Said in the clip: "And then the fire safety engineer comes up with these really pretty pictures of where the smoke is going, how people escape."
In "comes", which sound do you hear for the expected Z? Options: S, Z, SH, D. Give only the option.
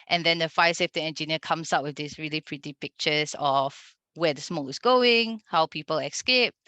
S